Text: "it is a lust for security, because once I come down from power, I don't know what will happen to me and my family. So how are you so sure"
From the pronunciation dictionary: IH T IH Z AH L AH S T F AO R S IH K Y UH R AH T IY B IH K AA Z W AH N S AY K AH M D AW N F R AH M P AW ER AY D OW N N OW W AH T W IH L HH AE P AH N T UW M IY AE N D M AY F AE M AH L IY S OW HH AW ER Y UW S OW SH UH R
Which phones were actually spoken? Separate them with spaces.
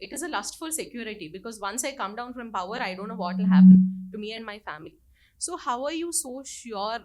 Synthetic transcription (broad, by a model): IH T IH Z AH L AH S T F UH L S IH K Y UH R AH T IY B IH K AA Z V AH N S AY K AH M D AW N F R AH M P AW ER AY D OW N N OW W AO T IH L HH AE P AH N T UW M IY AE N D M AY F AE M AH L IY S OW HH AW ER Y UW S OW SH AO R